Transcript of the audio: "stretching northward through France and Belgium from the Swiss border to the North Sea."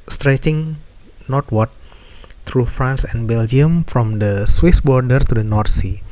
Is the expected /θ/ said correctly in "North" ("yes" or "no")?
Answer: no